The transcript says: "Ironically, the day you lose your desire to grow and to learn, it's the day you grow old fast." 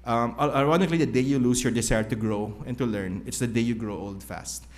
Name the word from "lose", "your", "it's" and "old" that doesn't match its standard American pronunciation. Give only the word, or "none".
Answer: lose